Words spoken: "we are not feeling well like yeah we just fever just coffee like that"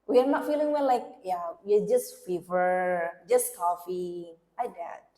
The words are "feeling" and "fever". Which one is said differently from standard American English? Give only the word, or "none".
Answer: none